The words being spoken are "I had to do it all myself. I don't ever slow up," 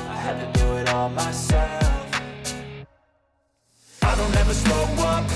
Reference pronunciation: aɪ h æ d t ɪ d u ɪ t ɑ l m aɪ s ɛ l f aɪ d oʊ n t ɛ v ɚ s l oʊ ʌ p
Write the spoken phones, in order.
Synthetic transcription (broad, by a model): aɪ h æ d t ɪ d u ɪ t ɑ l m aɪ s ɛ l f aɪ d oʊ n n ɛ v ɚ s oʊ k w